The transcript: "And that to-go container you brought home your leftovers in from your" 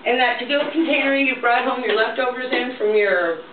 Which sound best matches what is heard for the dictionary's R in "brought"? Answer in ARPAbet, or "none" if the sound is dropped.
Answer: R